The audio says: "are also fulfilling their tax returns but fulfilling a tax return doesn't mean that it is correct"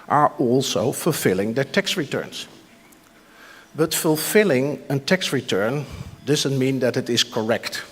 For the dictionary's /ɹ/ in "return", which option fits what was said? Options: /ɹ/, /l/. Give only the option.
/ɹ/